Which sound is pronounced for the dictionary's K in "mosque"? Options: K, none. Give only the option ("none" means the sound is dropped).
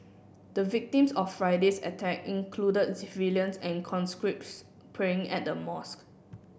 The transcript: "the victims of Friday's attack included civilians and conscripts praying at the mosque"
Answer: K